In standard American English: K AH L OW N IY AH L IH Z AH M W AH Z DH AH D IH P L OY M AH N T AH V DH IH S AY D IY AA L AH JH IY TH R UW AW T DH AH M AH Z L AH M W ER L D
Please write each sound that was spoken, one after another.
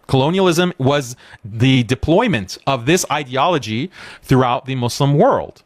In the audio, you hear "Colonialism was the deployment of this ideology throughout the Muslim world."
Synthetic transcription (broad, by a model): K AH L OW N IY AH L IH Z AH M W AH Z DH AH D IH P L OY M AH N T AH V DH IH S AY D IY AA L AH JH IY TH R UW AW T DH AH M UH S L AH M W ER L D